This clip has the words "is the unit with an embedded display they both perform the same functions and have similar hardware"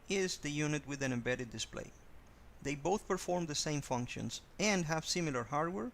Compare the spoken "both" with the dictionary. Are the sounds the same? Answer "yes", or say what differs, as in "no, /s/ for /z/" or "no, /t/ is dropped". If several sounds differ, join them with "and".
yes